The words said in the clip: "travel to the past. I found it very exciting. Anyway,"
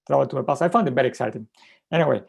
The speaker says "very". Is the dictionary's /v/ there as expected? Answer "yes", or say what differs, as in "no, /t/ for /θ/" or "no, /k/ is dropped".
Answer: no, /b/ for /v/